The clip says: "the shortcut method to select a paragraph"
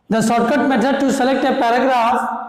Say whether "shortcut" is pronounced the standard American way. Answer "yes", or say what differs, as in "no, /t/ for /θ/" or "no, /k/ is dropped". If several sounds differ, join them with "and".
no, /s/ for /ʃ/